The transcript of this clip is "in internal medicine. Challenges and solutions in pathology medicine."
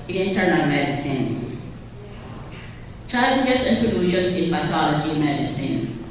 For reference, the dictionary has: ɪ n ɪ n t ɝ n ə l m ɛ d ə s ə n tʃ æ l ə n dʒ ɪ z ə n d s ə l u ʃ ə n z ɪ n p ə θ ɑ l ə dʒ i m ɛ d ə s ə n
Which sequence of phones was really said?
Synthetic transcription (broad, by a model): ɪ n ɪ n t ɝ n ə l m ɛ d ə s ə n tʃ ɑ ə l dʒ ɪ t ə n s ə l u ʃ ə n s ɪ n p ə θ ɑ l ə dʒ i m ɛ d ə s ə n